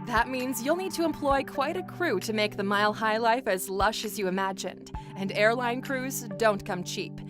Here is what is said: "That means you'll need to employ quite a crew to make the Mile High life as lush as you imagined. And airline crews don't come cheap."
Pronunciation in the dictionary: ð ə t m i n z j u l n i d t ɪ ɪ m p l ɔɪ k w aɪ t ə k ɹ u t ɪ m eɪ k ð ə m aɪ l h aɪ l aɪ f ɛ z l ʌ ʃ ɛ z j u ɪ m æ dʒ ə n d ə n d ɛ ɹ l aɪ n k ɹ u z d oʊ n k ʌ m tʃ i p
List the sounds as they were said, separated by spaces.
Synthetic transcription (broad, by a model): ð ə t m i n z j u l n i d t ɪ ɪ m p l ɔɪ k w aɪ t ə k ɹ u t ɪ m eɪ k ð ə m aɪ l h aɪ l aɪ f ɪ z l ʌ ʃ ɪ z j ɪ ɪ m æ dʒ ə n d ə n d ɛ ɹ l aɪ n k ɹ u z d oʊ n k ʌ m tʃ i p